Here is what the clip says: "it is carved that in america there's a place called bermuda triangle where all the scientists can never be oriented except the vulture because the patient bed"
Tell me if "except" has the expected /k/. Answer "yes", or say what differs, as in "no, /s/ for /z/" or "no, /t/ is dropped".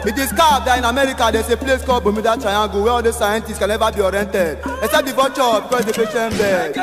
no, /k/ is dropped